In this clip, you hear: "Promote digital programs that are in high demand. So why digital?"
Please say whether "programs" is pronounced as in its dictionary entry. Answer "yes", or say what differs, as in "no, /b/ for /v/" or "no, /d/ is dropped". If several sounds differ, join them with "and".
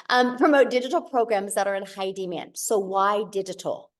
yes